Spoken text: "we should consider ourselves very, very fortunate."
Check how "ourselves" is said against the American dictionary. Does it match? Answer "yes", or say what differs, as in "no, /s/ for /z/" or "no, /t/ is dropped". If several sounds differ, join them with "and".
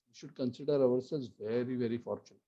no, /v/ is dropped